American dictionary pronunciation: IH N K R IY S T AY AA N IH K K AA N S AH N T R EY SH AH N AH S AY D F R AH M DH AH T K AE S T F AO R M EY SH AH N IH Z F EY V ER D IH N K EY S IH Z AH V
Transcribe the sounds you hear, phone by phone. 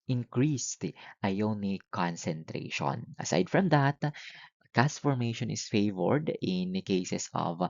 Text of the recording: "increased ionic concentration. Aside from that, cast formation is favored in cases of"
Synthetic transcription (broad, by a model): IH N K R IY S T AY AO N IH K K AA N S AH N T R EY SH AH N AH S AY D F R AH M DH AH T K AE S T F AO R M EY SH AH N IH S F EY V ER D IH N K EY S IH S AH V